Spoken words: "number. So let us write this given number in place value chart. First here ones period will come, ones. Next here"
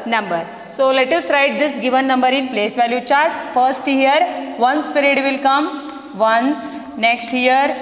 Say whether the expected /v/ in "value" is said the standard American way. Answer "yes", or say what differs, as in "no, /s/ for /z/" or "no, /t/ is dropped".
yes